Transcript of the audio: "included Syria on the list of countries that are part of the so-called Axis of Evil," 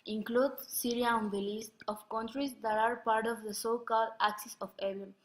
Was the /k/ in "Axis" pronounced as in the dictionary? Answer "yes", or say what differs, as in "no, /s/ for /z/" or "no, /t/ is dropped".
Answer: yes